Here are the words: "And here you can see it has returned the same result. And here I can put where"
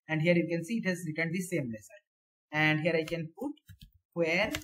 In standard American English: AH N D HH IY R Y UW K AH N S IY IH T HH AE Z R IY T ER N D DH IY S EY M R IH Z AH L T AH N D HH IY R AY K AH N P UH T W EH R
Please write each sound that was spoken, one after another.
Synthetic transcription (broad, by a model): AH N D HH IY R Y UW K AH N S IY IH T HH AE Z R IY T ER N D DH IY S EY M L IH S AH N AH N D HH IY R AY K AH N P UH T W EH R